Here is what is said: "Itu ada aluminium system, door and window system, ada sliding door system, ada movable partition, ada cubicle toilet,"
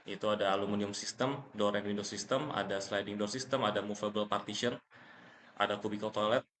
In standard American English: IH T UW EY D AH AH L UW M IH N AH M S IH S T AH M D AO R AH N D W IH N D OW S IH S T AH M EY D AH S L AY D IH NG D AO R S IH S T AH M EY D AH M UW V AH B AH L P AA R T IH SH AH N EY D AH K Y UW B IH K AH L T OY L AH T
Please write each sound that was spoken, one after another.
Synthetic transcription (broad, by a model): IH T UW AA D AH L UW M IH N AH M S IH S T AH M D AO R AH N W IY N D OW S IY S T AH M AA D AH S L AY D IH NG D AO R S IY S T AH M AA D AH M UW F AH B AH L P AA R T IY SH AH N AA D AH K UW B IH K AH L T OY L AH T